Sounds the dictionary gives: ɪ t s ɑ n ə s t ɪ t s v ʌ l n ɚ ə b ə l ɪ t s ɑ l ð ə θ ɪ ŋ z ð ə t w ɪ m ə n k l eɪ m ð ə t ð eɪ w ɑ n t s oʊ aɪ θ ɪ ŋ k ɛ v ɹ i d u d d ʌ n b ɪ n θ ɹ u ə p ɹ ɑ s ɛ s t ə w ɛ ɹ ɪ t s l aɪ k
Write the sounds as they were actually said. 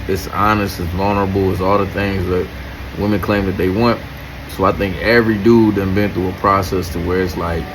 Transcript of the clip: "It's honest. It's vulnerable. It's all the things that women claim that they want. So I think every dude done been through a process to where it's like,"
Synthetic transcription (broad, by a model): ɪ t s ɑ n ə s t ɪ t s v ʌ l n ɚ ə b l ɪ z ɑ l ð ə θ ɪ ŋ z ð ə t w ɪ m ə n k l eɪ m ð ə t ð eɪ w ɑ n t s oʊ aɪ θ ɪ ŋ k ɛ v ɹ i d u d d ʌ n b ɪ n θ u ə p ɹ ɑ s ɛ s t ə w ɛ ɹ ɪ t s l aɪ k